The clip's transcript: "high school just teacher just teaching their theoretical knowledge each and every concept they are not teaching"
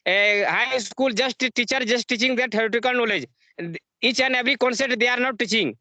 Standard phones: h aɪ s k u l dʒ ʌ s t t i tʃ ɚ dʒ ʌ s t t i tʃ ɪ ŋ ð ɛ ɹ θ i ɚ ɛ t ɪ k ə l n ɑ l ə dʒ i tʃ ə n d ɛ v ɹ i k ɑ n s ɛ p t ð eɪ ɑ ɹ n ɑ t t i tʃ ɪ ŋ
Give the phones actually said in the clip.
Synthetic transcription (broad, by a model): h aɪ s k u l dʒ ʌ s t t i tʃ ɚ dʒ ʌ s t t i tʃ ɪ ŋ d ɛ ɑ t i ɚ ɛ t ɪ k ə l n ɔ l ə dʒ i tʃ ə n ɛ b ɹ i k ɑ n s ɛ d t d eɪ ɑ ɹ n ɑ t t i tʃ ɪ ŋ